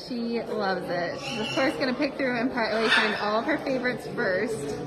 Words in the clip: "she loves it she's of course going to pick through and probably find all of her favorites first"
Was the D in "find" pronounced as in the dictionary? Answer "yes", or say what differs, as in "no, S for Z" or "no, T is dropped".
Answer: no, D is dropped